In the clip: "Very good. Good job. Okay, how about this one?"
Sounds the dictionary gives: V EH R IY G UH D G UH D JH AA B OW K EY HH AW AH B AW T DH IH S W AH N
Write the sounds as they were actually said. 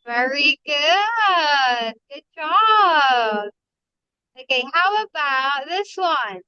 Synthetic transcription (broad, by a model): V EH R IY G UH D G UH D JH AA OW K EY HH AW AH B AW T DH IH S W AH N